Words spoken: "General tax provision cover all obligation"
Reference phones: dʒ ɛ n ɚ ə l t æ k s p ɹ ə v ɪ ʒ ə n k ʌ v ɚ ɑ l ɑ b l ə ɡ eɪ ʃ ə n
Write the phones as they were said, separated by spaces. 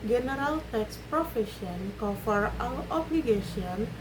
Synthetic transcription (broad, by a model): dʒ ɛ n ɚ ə l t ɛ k s p ɹ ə f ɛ ʃ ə n k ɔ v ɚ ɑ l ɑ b l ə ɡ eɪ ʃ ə n